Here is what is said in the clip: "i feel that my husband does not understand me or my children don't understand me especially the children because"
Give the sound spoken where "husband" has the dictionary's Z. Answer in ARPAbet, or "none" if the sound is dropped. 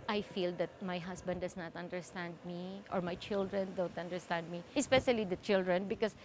S